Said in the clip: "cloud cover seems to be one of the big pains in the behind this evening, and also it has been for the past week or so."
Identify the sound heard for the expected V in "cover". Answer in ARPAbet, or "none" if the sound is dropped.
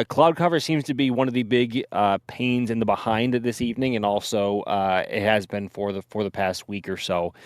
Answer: V